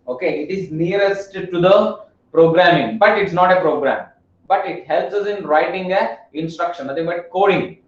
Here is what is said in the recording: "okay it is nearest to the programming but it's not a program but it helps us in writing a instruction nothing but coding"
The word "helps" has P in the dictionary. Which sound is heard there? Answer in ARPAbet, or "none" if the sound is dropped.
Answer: P